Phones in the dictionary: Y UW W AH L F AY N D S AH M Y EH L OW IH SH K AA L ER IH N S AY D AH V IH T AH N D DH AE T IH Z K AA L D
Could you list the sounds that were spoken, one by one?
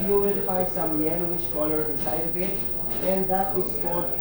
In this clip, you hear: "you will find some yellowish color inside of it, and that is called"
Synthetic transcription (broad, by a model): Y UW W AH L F AY D S AH M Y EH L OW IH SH K AA L ER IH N S AY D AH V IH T AH N D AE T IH S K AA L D